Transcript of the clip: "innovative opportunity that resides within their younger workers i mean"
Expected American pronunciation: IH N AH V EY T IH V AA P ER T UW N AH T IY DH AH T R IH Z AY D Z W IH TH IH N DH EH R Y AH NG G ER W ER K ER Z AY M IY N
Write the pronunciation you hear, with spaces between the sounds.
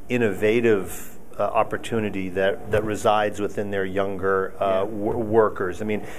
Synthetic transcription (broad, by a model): IH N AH V EY T IH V AA P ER T UW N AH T IY DH AH T R IH Z AY D Z W IH TH IH N DH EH R Y AH NG G ER W ER K ER Z AY M IY N